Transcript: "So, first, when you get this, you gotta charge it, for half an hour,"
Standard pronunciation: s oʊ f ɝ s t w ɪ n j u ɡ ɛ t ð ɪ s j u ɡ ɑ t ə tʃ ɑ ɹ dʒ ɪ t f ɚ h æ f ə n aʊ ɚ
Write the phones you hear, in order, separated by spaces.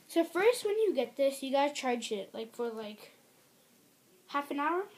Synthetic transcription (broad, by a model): s oʊ f ɝ s t w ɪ n j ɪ ɡ ɛ t ð ɪ s j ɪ ɡ ɑ t ə tʃ ɑ ɹ dʒ ɪ t f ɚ h æ f ə n aʊ ɚ